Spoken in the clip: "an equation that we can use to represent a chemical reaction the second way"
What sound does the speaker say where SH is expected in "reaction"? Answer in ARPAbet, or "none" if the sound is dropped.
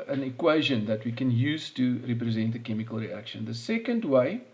SH